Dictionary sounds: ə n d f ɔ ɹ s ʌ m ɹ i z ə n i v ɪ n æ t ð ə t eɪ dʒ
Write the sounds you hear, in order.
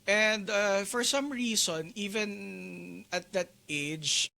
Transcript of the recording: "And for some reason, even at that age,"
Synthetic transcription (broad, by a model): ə n d f ɔ ɹ s ʌ m ɹ i s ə n i v ɪ n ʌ t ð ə t eɪ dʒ